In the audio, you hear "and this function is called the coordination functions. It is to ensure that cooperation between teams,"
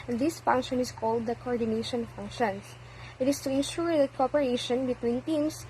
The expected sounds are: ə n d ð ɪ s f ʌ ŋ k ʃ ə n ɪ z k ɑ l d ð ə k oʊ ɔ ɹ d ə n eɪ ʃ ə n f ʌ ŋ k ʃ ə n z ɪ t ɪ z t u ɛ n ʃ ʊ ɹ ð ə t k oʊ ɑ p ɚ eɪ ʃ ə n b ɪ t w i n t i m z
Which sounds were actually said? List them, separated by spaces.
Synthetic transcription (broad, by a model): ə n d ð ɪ s f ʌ ŋ k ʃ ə n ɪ s k ɑ l d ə k oʊ ɔ ɹ d ə n eɪ ʃ ə n f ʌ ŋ k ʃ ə n s ɪ t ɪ s t u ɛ n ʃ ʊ ɹ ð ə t k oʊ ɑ p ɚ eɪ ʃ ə n b ɪ t w i n t i m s